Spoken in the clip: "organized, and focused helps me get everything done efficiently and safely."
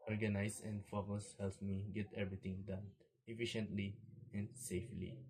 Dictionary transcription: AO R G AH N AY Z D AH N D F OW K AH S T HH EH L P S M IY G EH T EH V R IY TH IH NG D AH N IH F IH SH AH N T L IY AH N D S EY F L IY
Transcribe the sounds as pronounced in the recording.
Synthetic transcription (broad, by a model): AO R G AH N AY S AH N D F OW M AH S HH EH L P M IY G EH T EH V R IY T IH NG D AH N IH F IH SH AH N T L IY AH N D S EY F L IY